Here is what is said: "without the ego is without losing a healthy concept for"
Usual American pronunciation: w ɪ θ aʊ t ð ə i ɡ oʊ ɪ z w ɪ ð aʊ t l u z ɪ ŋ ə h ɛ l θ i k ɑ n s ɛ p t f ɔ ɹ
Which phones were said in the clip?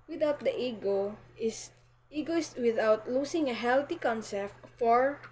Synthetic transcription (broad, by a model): w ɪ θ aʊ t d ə i ɡ oʊ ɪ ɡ w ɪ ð aʊ t l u s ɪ ŋ ə h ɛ l t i k ɑ n s ɛ p t f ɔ ɹ